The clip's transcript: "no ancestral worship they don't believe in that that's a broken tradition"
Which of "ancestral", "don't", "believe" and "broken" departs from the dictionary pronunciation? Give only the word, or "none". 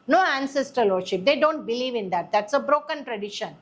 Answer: ancestral